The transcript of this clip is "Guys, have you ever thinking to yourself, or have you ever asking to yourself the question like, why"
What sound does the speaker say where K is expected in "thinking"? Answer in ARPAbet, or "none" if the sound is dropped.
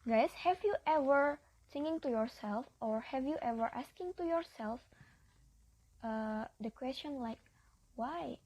none